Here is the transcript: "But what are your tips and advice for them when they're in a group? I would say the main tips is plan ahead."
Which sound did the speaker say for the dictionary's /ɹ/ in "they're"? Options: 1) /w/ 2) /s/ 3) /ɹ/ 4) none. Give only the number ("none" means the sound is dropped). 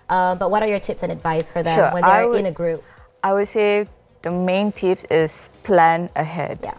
1